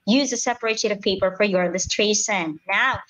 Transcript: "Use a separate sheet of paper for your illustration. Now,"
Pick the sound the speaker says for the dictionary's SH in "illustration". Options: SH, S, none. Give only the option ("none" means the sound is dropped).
S